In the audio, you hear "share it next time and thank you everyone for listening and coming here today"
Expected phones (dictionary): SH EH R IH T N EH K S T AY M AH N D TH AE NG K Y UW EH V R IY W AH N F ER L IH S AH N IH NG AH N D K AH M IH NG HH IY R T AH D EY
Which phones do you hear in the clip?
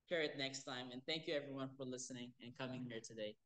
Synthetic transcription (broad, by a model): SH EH R IH T N EH K S T AY M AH N TH AE NG K Y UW EH V R IY W AH N F ER L IH S AH N IH NG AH N K AH M IH NG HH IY R T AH D EY